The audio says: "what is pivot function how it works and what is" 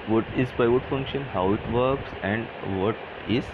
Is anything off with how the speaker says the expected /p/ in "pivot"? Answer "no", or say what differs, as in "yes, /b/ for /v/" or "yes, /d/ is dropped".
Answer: yes, /b/ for /p/